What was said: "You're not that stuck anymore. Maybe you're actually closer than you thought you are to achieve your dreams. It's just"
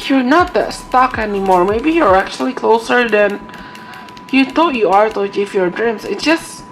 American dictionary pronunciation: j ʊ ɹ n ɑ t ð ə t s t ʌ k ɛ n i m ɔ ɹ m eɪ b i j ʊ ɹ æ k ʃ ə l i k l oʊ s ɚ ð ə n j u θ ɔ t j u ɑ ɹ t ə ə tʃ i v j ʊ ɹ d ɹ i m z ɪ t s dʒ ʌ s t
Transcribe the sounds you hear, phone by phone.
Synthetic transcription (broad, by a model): j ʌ ɹ n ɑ t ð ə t s t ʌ k ɛ n i m ɔ ɹ m eɪ b i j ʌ ɹ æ k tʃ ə l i k l oʊ s ɚ ð ə n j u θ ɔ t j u ɑ ɹ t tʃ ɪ f j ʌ ɹ d ɹ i m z ɪ t s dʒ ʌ s t